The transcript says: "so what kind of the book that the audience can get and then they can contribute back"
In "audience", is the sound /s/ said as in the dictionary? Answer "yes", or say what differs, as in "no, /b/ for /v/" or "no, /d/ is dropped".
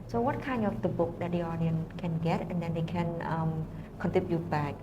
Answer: no, /s/ is dropped